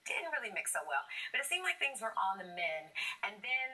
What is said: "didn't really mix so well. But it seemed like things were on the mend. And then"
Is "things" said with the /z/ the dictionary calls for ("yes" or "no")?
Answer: yes